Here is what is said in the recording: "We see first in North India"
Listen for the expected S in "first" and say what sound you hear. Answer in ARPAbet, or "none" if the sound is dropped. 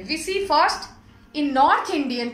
S